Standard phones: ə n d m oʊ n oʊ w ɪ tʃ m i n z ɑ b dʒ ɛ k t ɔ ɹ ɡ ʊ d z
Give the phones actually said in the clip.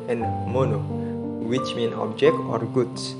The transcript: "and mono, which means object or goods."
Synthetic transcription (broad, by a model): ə n m oʊ n oʊ w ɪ tʃ m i n ɑ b dʒ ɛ k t ɔ ɹ ɡ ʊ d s